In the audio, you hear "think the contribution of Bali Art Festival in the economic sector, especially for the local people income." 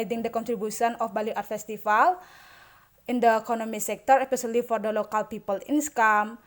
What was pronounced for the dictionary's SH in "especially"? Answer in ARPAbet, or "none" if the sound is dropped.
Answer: S